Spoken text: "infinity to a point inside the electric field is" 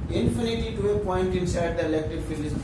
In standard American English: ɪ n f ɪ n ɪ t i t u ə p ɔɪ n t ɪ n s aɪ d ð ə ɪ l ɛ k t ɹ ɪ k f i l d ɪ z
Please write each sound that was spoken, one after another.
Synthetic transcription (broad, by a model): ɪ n f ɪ n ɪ t i t u ə p ɔɪ n t ɪ n s aɪ d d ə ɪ l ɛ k t ɪ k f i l ɪ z